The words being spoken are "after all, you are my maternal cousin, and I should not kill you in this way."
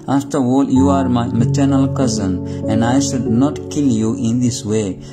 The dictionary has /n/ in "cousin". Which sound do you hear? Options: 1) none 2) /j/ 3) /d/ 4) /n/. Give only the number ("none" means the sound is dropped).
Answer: 4